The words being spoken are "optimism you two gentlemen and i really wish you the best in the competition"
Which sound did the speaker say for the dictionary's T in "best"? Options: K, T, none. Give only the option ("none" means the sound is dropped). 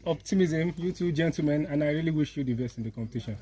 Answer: none